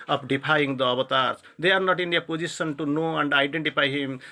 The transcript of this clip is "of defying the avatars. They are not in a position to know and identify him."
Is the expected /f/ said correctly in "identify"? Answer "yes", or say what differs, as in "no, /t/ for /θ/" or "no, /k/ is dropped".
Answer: no, /p/ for /f/